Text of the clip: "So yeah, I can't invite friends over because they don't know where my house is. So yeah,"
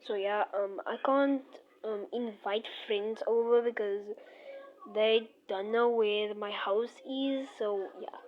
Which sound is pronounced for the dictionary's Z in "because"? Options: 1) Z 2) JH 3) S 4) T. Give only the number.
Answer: 1